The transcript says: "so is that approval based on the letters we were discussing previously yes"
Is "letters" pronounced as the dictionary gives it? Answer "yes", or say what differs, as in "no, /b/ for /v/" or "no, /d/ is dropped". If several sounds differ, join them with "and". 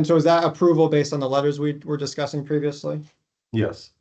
yes